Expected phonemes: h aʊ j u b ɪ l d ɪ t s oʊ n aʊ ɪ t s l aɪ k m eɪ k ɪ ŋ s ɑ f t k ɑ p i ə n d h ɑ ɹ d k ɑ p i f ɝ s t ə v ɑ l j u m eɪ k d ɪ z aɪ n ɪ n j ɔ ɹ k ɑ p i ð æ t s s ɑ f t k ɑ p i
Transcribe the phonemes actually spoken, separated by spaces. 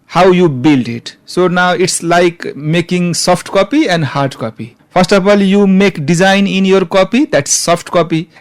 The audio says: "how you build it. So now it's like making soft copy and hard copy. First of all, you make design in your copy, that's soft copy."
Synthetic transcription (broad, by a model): h aʊ j u b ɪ l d ɪ t s oʊ n aʊ ɪ t s l aɪ k m eɪ k ɪ ŋ s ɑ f t k ɑ p i ə n d h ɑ ɹ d k ɑ p i p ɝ s t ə f ɑ l j u m eɪ k d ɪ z aɪ n ɪ n j ɔ ɹ k ɑ p i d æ t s s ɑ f t k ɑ p i